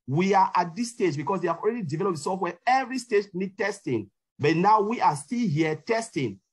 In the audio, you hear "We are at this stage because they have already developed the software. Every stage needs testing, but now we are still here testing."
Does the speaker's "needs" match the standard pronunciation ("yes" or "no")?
no